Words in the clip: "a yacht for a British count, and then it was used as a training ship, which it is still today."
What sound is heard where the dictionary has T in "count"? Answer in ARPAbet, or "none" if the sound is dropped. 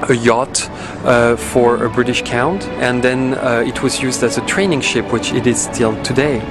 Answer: T